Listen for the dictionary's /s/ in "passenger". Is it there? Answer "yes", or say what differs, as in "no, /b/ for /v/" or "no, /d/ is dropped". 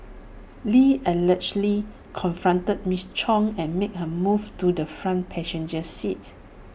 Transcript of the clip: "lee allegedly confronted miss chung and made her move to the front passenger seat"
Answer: no, /ʃ/ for /s/